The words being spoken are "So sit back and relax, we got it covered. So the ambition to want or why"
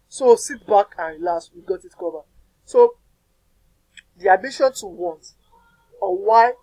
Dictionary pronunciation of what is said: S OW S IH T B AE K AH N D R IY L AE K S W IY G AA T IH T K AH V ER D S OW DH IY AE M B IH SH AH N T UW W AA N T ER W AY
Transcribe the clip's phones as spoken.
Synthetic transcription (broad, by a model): S OW S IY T B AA K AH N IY L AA S W IY G AA T IH T K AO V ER S OW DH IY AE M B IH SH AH N T UW W AA N T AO W AY